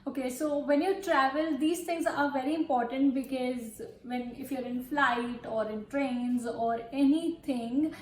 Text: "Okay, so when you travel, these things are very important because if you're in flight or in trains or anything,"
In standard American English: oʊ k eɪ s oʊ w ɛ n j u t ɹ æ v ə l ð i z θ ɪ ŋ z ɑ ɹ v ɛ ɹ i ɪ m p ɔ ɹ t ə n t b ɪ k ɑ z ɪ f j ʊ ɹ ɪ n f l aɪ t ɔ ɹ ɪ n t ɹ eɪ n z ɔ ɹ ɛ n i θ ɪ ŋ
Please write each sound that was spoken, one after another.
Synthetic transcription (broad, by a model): oʊ k eɪ s oʊ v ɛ n j u t ɹ æ v ə l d i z t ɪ ŋ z ɑ ɹ v ɛ ɹ i ɪ m p ɔ ɹ t ə n t b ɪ k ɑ z ɪ f j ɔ ɹ ɪ n f l aɪ t ɔ ɹ ɪ n t ɹ eɪ n z ɔ ɹ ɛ n i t ɪ ŋ